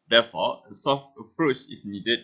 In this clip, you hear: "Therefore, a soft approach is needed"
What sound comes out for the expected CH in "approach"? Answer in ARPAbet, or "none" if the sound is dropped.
CH